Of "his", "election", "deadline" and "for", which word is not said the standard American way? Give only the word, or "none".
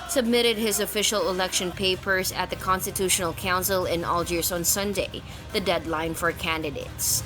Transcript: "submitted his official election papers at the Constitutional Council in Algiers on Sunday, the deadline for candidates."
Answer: none